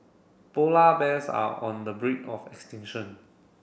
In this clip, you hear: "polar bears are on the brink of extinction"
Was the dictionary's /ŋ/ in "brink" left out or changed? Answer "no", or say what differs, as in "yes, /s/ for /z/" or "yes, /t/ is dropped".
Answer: yes, /ŋ/ is dropped